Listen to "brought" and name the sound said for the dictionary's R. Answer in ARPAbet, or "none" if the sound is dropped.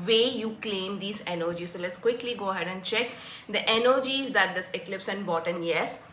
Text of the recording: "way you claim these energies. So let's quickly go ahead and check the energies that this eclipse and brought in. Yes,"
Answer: none